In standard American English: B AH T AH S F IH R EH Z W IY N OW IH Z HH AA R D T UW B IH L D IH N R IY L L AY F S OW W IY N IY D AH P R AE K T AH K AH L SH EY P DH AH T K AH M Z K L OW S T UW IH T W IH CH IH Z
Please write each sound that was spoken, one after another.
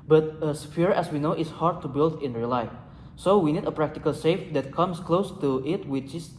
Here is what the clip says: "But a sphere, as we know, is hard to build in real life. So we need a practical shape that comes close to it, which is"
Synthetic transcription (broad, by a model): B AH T AH S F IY R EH S W IY N OW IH S HH AA R D T UW B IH L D IH N R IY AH L AY F S OW W IY N IY D AH P R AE K T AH K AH L S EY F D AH T K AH M S K L OW S T UW IH T W IH CH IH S